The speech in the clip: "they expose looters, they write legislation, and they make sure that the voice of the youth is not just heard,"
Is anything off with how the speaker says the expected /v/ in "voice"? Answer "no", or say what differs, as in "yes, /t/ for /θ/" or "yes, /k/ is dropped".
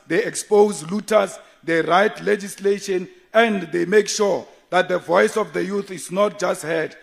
no